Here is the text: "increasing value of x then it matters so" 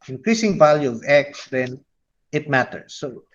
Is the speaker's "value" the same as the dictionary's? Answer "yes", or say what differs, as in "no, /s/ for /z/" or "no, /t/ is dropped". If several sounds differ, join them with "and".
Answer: yes